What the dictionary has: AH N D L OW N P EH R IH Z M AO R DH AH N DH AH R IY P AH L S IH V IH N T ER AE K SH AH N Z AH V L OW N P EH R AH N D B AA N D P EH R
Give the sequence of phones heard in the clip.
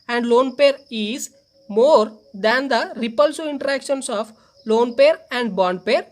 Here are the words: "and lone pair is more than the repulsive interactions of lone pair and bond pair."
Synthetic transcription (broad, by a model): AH N D L OW N P EH R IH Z M AO R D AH N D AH R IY P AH L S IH IH N T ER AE K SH AH N S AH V L OW N P EH R AH N D B AA N D P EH R